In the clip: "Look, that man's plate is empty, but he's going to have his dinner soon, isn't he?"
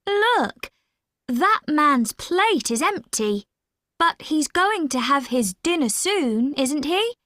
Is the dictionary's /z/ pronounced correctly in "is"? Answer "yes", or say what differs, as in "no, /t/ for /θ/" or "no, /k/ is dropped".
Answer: yes